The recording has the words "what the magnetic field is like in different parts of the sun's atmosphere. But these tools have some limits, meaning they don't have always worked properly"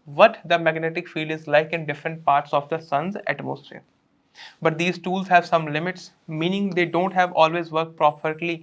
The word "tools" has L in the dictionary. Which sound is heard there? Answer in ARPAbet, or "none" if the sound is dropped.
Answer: L